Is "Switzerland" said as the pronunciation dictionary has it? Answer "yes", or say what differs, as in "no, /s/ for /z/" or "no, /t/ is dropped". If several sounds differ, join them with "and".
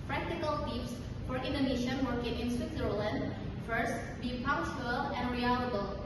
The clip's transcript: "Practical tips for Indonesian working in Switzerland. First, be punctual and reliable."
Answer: yes